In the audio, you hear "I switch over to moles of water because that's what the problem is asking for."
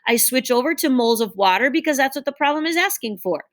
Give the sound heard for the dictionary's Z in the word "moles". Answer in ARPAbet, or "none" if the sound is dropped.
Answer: Z